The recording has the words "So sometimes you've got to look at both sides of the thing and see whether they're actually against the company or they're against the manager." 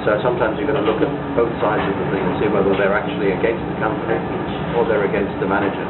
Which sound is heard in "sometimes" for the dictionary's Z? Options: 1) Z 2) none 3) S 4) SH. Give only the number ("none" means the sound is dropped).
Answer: 1